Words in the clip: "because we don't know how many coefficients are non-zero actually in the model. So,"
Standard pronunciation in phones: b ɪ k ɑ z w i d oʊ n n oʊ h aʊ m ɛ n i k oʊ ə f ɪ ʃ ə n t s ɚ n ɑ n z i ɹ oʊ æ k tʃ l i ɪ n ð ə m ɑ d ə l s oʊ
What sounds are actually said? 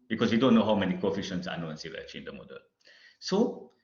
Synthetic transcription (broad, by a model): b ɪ k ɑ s w i d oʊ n n oʊ h aʊ m ɛ n i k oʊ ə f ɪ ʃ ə n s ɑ n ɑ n s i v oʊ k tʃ i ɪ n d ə m ɑ d ə l s oʊ